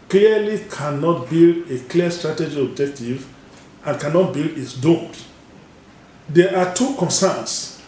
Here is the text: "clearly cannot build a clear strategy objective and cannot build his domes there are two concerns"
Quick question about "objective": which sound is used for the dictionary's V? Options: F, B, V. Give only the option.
V